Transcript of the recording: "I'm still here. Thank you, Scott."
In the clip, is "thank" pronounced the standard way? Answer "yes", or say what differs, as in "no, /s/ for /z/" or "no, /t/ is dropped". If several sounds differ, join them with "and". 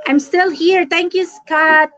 no, /t/ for /θ/